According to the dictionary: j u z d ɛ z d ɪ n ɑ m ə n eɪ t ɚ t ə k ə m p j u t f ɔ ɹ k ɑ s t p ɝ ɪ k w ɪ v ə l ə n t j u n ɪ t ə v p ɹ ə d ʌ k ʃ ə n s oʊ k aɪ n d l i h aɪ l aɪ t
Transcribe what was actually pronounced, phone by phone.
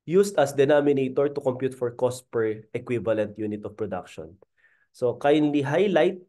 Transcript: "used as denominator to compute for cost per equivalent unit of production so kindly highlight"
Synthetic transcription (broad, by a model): j u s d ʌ s d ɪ n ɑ m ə n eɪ t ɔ t ə k ə m p j u t f ɔ ɹ k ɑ s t p ɝ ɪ k w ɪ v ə l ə n t j u n ɪ t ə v p ɹ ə d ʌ k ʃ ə n s oʊ k aɪ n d l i h aɪ l aɪ t